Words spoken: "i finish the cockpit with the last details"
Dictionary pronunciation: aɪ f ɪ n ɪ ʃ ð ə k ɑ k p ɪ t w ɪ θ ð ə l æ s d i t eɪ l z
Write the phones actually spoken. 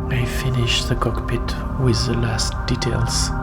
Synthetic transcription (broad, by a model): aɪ f ɪ n ɪ ʃ ð ə k ɑ k p ɪ t w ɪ ð ə l æ s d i t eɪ l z